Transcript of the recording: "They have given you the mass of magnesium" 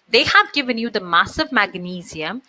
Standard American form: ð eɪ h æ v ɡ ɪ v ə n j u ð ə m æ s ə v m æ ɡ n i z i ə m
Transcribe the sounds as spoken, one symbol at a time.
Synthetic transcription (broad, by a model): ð eɪ h æ v ɡ ɪ v ə n j u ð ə m æ s ə v m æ ɡ n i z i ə m